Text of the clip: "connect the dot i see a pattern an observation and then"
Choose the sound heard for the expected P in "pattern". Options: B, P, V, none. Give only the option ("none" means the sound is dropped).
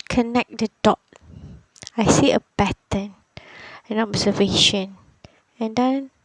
B